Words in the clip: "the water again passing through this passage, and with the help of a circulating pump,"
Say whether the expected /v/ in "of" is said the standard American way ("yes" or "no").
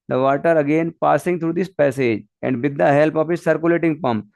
no